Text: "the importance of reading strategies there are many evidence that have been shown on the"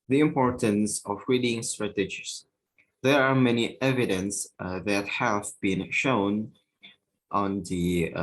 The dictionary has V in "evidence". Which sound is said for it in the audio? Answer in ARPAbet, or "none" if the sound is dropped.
V